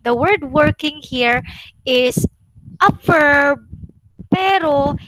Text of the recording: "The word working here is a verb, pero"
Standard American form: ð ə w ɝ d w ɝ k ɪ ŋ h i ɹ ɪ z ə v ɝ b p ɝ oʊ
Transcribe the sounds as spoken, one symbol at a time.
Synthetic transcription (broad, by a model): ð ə w ɝ d w ɝ k ɪ ŋ h i ɹ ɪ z ə f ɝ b p ɝ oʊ